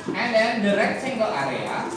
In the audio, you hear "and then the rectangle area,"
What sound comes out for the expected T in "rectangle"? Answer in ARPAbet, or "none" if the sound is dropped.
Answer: S